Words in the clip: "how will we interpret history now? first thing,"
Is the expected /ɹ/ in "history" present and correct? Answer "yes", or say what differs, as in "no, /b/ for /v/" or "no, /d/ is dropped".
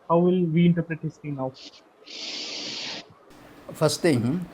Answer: no, /ɹ/ is dropped